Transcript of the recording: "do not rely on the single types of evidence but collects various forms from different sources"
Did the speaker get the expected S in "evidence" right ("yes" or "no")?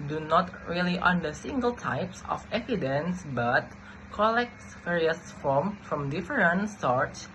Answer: yes